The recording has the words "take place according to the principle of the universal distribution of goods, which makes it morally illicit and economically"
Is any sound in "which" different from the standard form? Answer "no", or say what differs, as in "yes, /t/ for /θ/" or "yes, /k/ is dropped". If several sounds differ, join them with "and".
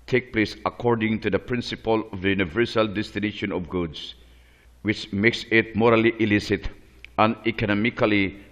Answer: no